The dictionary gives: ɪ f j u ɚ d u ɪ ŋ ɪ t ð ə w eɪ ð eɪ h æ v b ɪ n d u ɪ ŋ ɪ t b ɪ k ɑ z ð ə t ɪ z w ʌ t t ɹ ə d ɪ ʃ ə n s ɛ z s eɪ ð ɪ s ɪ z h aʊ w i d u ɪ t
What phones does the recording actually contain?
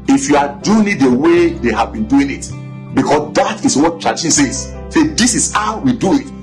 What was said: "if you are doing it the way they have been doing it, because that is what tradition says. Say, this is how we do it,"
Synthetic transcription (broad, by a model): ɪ f j u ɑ d u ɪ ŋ ɪ t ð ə w eɪ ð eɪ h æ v b ɪ n d u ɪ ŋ ɪ t b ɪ k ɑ s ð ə t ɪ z w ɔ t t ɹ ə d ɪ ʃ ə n s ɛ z s eɪ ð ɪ s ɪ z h aʊ w i d u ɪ t